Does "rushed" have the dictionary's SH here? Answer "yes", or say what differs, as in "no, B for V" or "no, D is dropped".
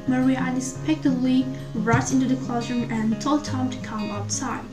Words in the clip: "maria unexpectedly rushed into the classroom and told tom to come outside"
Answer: no, SH is dropped